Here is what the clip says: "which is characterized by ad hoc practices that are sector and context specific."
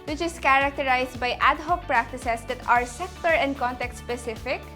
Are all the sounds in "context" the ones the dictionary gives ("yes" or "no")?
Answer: no